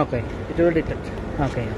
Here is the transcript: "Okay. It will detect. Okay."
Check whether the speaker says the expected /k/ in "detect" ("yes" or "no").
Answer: no